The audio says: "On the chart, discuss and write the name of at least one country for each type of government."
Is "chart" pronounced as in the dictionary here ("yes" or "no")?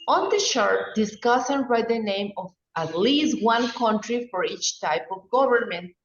no